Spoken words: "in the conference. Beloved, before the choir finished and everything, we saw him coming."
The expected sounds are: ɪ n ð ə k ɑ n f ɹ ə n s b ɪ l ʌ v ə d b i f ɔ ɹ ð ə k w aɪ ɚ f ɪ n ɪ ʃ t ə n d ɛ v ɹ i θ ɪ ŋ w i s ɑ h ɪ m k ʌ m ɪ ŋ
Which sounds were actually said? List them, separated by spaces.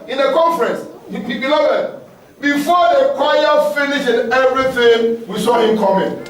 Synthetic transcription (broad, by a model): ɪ n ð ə k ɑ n f ɹ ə n s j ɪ n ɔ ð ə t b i f ɔ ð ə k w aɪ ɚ f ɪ n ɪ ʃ ə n ɛ v ɹ i θ ɪ ŋ w i s ɑ h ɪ m k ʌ m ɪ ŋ